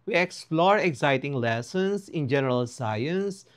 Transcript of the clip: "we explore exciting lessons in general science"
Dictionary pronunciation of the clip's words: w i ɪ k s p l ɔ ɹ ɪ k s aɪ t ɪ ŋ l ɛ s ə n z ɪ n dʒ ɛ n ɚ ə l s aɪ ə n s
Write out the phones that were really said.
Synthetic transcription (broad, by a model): w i ɪ k s p l ɔ ɹ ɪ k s aɪ t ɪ ŋ l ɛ s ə n s ɪ n dʒ ɛ n ɚ ə l s aɪ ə n s